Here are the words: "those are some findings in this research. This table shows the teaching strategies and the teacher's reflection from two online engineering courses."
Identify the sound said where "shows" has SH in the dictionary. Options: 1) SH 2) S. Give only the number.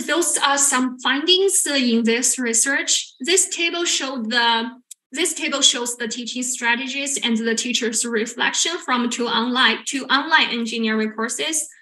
1